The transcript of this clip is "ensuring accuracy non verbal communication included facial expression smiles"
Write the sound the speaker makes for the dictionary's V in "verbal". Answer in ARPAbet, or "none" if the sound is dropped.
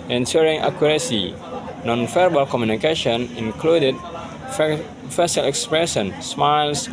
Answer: F